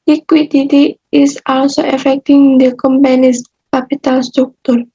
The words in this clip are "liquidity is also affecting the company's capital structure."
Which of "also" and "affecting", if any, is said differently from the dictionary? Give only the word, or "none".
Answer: none